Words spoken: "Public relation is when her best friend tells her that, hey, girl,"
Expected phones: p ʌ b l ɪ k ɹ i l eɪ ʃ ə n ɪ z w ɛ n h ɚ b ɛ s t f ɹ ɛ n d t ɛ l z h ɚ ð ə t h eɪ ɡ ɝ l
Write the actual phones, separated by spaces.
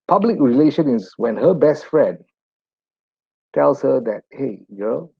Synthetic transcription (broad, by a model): p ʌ b l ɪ k ɹ i l eɪ ʃ ə n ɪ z w ɛ n h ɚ b ɛ s t f ɹ ɛ n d t ɛ l s h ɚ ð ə t h eɪ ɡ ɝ l